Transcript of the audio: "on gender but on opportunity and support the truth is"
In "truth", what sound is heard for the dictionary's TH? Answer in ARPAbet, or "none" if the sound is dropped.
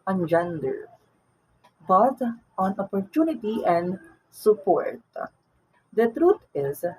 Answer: T